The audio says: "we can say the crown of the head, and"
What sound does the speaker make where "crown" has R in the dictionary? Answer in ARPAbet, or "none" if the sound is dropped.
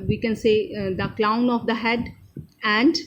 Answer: L